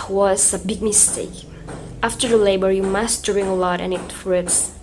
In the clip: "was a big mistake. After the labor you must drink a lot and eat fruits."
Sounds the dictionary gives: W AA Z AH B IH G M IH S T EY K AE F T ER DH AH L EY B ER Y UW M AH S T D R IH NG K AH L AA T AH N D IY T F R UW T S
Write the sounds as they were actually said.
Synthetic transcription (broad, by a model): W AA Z AH B IH G M IH S T EY K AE F T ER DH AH L EY B ER Y UW M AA S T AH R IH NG AH L AA T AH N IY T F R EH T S